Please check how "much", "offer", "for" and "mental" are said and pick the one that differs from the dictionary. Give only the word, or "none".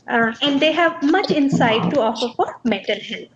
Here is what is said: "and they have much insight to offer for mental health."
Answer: mental